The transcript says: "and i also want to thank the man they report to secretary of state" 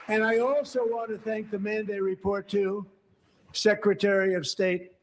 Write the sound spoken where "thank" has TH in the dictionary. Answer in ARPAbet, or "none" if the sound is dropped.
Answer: TH